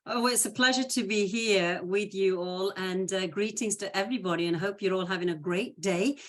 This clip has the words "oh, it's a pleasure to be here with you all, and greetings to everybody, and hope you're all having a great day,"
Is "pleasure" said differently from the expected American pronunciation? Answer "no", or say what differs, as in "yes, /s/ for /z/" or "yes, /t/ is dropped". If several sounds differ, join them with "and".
no